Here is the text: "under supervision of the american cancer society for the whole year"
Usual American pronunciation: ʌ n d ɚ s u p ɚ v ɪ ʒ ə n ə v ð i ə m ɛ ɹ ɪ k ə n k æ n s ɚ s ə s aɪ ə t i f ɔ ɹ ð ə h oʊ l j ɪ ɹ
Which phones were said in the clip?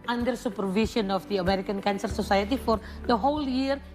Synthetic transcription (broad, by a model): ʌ n d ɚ s u p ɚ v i s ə n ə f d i ə m ɛ ɹ ɪ k ə n k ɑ n s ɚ s ə s aɪ ə t i f ɔ ɹ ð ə h oʊ l j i ɹ